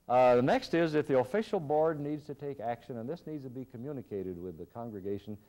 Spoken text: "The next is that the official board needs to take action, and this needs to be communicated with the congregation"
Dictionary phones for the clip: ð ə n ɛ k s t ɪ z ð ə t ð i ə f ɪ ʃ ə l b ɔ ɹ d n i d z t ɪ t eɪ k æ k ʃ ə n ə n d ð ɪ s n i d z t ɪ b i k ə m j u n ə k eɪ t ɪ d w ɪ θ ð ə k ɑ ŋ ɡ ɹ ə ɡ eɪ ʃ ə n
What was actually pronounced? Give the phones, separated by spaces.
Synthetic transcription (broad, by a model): ð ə n ɛ k s t ɪ z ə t ð i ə f ɪ ʃ l b ɔ ɹ d n i d z t ɪ t eɪ k æ k ʃ ə n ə n ð ɪ s n i d z t ɪ b i k ə m j u n ə k eɪ t ɪ d w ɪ ð ə k ɑ ŋ ɡ ɹ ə ɡ eɪ ʃ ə n